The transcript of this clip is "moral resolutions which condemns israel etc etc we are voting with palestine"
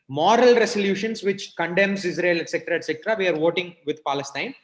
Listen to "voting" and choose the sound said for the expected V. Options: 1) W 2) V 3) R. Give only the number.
2